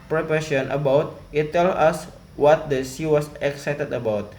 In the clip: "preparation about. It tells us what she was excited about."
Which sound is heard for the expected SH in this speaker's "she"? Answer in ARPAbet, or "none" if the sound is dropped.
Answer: S